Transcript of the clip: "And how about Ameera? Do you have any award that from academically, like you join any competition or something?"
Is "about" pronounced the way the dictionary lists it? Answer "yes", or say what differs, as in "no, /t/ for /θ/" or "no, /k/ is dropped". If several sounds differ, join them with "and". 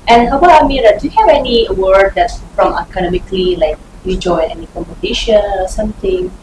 no, /t/ is dropped